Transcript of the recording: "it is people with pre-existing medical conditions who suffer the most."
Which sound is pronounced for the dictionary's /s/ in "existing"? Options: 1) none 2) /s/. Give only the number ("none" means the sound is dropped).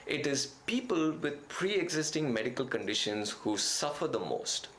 2